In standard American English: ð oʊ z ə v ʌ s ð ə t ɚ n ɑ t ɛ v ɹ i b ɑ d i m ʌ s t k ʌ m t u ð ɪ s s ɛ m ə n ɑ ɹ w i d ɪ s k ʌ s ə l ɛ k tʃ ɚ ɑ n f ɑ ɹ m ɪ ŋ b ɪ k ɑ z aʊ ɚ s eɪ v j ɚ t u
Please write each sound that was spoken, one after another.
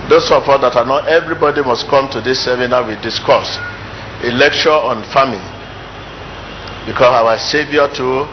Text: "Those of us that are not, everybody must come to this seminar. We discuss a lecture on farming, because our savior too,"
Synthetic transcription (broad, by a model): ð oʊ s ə p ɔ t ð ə t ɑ n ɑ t ɛ v ɹ i b ɑ d i m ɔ s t k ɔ m t u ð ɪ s s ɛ m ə n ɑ w i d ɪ s k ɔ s ə l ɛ k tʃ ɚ ɑ n f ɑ m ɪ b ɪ k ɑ s aʊ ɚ s eɪ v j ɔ t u